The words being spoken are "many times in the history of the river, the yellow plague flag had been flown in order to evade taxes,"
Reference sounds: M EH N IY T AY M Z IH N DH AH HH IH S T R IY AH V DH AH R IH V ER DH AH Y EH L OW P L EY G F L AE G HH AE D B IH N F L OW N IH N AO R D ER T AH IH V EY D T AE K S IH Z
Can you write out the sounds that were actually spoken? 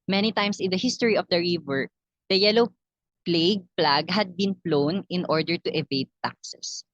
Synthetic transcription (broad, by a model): M EH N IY T AY M S IH N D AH HH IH S T R IY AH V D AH R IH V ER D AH Y EH L OW P L EY G P L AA G HH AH D B IH N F L OW N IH N AO R D ER T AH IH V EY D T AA K S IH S